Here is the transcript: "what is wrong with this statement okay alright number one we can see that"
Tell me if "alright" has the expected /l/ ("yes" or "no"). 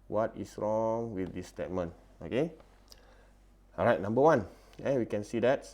no